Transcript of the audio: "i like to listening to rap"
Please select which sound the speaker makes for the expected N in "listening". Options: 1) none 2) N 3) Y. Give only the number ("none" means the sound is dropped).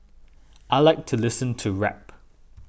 1